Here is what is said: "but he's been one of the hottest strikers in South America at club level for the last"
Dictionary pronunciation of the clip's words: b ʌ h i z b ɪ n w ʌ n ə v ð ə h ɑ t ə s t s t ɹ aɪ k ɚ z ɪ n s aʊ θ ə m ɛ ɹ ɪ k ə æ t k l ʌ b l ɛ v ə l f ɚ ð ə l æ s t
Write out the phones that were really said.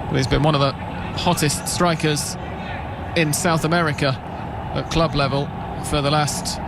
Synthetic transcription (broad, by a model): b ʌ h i z b ɪ n w ʌ n ə v ð ə h ɑ t ə s t s t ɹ aɪ k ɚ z ɪ n s aʊ θ ə m ɛ ɹ ɪ k ə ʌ t k l ʌ b l ɛ v ə l f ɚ ð ə l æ s t